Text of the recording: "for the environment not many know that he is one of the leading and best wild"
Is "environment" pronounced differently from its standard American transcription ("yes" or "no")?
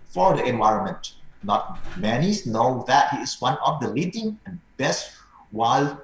no